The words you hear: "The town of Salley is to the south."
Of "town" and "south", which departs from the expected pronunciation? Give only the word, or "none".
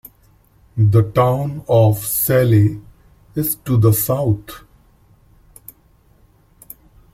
south